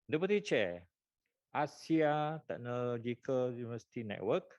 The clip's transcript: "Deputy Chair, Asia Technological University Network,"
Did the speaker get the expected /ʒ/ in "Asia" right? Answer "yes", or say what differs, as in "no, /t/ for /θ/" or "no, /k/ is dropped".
no, /s/ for /ʒ/